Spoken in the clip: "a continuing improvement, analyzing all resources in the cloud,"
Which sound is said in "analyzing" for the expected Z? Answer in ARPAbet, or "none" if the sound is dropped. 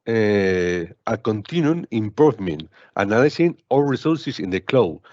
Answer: S